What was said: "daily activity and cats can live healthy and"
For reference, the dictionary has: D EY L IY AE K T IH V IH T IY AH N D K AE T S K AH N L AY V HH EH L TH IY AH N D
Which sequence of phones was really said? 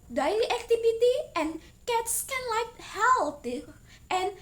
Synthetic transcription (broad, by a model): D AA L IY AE K T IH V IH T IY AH N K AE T S K AH N L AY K HH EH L T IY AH N